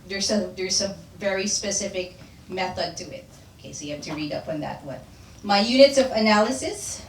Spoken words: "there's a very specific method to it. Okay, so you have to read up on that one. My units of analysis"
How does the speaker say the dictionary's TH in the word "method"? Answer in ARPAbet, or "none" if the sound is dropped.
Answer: TH